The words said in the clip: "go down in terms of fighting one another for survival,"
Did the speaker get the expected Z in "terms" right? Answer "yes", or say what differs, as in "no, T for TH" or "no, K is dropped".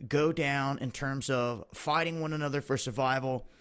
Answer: yes